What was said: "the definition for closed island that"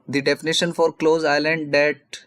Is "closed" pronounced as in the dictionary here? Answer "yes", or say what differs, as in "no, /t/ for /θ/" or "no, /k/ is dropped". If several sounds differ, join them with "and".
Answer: no, /d/ is dropped